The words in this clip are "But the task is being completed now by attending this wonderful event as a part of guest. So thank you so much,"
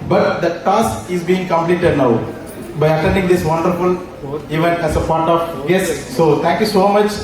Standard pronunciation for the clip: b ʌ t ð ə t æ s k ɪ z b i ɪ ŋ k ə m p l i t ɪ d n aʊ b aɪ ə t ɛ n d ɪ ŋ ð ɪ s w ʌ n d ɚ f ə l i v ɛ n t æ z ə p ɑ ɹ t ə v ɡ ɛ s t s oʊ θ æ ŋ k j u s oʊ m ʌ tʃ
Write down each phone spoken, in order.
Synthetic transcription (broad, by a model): b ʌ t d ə t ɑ s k ɪ z b i ɪ ŋ k ə m p l i t ɪ d n aʊ b aɪ ə t ɛ n d ɪ ŋ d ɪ s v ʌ n d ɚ f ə l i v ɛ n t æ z ə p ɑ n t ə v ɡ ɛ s s oʊ t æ ŋ k j u s oʊ m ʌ tʃ